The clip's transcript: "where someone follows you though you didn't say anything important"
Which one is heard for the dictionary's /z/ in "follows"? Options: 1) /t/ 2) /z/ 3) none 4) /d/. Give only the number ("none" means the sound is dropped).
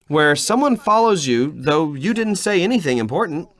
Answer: 2